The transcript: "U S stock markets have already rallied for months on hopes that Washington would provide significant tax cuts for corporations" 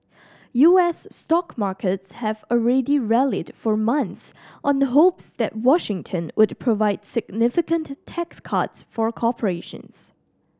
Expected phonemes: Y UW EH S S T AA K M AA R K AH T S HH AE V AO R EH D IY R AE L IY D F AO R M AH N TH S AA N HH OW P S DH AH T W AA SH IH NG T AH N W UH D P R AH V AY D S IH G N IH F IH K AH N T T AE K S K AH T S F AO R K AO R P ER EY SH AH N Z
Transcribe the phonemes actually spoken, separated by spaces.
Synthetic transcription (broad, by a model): Y UW EH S S T AA K M AA R K AH T S HH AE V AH R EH D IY R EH L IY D F AO R M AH N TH S AA N HH OW P S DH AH T W AA SH IH NG T AH N W UH D P R AH V AY D S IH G N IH F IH K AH N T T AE K S K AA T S F AO R K AO P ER EY SH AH N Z